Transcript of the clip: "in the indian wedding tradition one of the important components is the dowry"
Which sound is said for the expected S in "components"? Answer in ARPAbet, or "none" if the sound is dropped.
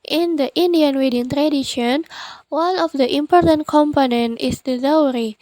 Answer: none